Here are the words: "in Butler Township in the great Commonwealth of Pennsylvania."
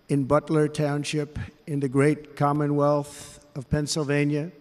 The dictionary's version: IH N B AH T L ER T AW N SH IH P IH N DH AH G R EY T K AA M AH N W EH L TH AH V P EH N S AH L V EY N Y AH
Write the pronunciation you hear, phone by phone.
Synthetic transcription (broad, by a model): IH N B AH T L ER T AW N SH IH P IH N DH AH G R EY T K AA M AH N W EH L TH AH V P EH N S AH L V EY N Y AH